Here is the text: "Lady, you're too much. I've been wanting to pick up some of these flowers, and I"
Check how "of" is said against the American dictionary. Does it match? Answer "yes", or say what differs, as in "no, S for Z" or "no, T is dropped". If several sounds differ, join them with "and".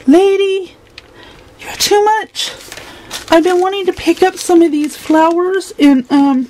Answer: yes